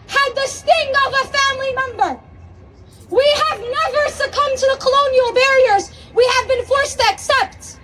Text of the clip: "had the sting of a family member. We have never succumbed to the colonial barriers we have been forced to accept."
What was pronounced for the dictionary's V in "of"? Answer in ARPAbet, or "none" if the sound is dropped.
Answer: V